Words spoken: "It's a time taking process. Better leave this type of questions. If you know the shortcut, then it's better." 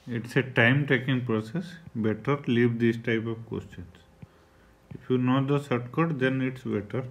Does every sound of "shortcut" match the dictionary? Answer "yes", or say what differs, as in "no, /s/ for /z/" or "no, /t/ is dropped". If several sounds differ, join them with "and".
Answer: no, /s/ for /ʃ/